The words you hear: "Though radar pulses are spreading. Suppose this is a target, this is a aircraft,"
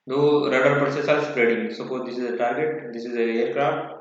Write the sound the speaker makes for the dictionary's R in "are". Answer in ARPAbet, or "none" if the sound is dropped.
L